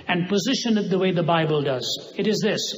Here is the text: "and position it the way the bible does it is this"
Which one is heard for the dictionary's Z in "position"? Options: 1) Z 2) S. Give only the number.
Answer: 1